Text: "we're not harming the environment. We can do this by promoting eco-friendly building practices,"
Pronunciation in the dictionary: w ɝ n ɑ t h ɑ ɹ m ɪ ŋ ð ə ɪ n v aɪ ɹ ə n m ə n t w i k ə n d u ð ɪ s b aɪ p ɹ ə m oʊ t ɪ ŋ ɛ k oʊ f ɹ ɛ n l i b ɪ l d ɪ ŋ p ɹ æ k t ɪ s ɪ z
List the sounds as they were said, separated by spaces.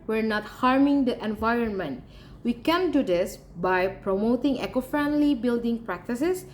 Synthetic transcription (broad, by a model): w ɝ n ɑ t h ɑ ɹ m ɪ ŋ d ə ɪ n v aɪ ɹ ə n m ə n t w i k ə n d u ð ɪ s b aɪ p ɹ ə m oʊ t ɪ ŋ ɛ k oʊ f ɹ ɛ n l i b ɪ l d ɪ ŋ p ɹ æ k t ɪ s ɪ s